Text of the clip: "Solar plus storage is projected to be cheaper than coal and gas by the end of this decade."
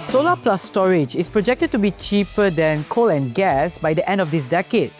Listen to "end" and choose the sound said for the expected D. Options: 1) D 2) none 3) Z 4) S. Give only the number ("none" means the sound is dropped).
1